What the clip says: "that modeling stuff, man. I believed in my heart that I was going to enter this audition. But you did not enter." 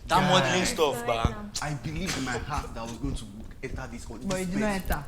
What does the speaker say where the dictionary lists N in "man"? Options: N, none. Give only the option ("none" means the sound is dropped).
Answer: none